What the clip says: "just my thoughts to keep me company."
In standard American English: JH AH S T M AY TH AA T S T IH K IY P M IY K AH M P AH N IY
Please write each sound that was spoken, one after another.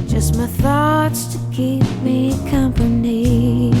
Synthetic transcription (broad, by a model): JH AH S T M AY TH AA T S T IH K IY P M IY K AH M P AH N IY